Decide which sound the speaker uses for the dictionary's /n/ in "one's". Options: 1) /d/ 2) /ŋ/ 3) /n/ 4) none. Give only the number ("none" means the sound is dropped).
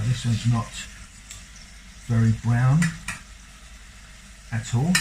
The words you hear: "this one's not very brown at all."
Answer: 4